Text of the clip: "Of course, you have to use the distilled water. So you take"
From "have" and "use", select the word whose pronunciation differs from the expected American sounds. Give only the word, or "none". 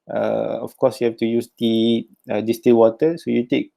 have